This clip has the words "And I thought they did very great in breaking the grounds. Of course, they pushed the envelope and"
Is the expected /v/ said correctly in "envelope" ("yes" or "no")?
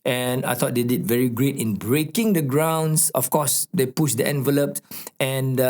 yes